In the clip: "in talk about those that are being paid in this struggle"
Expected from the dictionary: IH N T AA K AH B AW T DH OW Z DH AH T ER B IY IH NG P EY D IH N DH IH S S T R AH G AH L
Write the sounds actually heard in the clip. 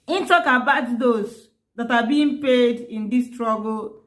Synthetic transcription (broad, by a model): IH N T AA K AH B AW T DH OW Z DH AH T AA B IY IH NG P EY D IH N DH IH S S T R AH G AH L